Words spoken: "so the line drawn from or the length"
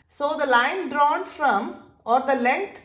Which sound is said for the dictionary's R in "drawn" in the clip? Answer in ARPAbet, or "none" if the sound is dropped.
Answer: R